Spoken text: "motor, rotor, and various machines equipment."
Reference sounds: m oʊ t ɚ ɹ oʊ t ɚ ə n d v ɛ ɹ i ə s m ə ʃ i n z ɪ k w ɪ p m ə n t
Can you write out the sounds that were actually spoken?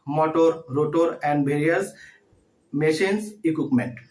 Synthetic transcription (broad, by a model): m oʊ t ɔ ɹ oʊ t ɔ ə n d b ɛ ɹ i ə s m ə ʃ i n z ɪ k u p m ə n t